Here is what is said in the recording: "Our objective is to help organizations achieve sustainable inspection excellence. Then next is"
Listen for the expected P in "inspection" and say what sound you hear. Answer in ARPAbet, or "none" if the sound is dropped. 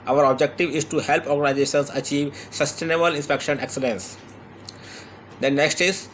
P